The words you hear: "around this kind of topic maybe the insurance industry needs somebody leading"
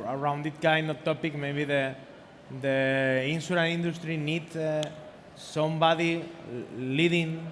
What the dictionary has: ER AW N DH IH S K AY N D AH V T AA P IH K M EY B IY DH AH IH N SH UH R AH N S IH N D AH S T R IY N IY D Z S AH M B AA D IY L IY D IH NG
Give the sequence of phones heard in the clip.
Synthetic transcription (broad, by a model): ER AW N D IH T K AY N D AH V T AA P IH K M EY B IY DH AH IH N S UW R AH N IY N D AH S T R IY N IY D S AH M B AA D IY L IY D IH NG